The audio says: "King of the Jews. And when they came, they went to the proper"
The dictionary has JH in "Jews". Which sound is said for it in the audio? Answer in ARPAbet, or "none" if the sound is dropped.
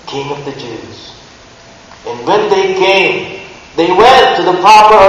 JH